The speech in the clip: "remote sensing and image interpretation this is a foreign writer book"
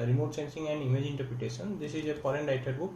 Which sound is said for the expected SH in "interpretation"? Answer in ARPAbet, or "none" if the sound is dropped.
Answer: S